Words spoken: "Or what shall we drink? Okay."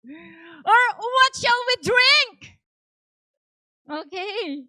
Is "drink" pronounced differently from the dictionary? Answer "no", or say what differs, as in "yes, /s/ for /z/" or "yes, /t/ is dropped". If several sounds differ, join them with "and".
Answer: no